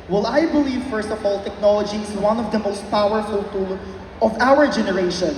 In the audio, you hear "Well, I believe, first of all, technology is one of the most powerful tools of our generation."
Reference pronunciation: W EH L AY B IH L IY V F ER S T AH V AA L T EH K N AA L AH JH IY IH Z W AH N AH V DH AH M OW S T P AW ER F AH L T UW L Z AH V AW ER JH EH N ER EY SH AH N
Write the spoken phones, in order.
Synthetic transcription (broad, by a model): W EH L AY B IH L IY V F ER S T AH V AA L T EH K N AA L AH JH IY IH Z W AH N AH V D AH M OW S T P AW ER F AH L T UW L AH V AW ER JH EH N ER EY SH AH N